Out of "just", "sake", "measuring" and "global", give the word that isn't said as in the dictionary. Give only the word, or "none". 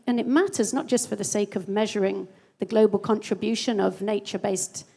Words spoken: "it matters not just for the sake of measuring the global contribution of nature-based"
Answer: none